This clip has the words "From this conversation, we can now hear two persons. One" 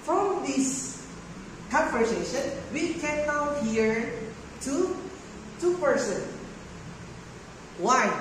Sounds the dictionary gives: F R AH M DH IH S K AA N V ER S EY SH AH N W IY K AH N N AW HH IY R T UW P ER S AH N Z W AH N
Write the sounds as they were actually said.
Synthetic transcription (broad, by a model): F R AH M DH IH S K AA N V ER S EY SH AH N W IY K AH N N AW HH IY R T UW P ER S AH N W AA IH